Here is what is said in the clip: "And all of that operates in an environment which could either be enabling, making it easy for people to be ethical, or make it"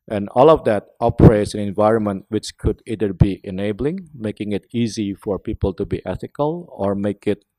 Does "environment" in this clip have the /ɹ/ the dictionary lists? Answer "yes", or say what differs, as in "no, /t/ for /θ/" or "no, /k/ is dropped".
yes